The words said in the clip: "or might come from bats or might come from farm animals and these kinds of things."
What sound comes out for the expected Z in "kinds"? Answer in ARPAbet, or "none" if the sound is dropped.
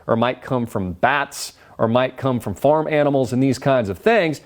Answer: Z